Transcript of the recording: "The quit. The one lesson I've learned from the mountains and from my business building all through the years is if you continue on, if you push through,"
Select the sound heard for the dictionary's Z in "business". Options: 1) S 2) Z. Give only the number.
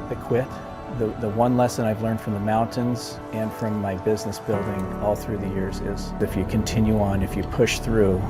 2